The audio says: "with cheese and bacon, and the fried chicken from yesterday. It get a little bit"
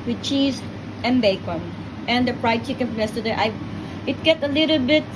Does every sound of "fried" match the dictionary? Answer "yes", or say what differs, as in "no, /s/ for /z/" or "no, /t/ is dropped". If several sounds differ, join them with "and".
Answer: no, /p/ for /f/